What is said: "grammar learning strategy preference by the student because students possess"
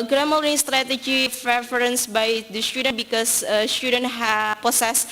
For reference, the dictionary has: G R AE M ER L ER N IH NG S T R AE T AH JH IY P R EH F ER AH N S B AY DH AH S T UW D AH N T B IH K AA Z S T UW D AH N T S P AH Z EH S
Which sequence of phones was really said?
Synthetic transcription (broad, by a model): G R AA M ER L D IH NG S T R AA T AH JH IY F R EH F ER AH N S B AY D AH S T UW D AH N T B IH K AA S S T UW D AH N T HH P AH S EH S